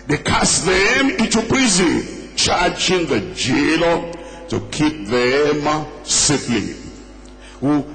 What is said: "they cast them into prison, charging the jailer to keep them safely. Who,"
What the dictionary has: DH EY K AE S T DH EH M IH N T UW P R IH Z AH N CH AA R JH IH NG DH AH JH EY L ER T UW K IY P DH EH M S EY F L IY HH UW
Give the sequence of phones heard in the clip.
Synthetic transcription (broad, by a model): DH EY K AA S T DH EH M IH N T UW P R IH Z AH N CH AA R JH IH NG DH AH JH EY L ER T UW K IY P DH EH M S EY P L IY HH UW